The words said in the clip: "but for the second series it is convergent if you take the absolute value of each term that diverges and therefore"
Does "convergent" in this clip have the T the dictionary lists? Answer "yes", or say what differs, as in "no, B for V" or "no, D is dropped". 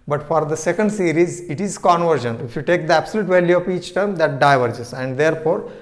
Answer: no, T is dropped